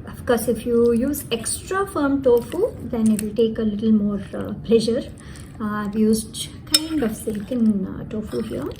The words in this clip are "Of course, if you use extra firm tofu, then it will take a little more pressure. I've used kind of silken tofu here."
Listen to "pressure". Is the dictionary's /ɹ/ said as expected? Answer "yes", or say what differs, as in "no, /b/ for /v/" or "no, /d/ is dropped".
no, /l/ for /ɹ/